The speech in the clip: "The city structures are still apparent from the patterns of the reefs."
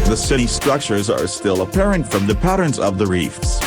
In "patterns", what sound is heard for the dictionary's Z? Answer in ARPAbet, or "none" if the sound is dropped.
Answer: Z